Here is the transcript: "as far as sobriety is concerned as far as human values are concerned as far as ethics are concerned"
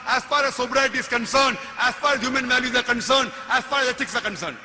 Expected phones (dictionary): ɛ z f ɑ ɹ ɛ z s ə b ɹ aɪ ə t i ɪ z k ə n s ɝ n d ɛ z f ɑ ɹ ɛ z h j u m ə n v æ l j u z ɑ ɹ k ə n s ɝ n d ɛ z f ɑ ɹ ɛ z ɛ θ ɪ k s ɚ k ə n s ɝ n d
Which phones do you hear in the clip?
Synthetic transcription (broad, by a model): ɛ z f ɑ ɹ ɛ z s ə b ɹ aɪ t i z k ə n s ɝ n d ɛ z f ɑ ɹ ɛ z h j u m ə n v æ l j u z ɑ ɹ k ə n s ɝ n d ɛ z f ɑ ɹ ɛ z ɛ t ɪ k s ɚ k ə n s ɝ n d